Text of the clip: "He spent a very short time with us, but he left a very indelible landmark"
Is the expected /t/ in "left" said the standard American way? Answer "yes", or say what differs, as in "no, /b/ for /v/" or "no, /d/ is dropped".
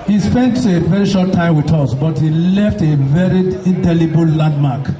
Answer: yes